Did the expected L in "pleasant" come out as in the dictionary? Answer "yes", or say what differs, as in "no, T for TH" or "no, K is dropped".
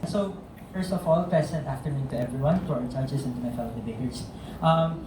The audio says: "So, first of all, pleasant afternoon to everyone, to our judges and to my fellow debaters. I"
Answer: no, L is dropped